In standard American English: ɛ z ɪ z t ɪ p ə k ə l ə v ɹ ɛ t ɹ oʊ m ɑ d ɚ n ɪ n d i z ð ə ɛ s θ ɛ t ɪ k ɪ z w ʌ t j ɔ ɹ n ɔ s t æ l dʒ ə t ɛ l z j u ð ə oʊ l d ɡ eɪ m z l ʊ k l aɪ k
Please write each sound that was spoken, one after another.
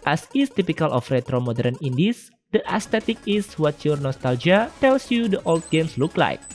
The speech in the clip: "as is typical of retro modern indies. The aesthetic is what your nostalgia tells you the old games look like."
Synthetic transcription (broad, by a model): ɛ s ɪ s t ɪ p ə k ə l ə f ɹ ɛ t ɹ oʊ m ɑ d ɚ n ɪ n d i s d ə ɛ s t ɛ t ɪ k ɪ s w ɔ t j ɔ ɹ n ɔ s t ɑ l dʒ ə t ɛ l s j u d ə oʊ l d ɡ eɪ m s l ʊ k l aɪ k